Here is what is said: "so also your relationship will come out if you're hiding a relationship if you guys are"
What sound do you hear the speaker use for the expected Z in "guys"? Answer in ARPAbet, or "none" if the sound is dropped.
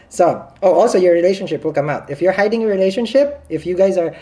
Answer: Z